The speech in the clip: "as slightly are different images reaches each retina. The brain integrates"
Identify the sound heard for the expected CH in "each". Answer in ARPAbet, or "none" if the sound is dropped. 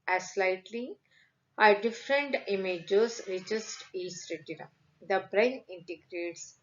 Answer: S